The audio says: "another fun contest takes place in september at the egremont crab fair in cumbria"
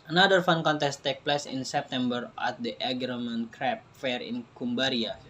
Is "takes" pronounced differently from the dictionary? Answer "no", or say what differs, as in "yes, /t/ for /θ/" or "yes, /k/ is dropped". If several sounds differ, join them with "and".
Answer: yes, /s/ is dropped